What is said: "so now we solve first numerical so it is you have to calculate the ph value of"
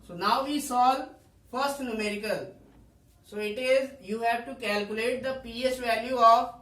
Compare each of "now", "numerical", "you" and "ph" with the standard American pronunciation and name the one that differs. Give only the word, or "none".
ph